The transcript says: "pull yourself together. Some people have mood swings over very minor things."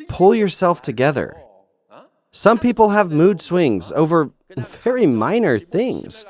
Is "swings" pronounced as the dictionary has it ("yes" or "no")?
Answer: yes